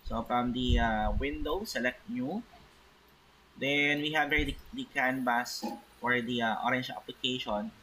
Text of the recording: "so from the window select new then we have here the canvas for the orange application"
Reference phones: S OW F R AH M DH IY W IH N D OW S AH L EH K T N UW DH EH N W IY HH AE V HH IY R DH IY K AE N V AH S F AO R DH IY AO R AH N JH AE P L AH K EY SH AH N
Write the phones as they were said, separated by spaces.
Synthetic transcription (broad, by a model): S OW F R AH M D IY W IH N D OW S AH L EH K T N UW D EH N W IY HH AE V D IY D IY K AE N B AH S F AO R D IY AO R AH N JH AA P L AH K EY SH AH N